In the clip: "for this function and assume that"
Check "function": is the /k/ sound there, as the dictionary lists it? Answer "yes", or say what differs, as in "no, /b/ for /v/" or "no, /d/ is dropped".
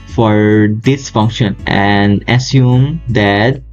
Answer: yes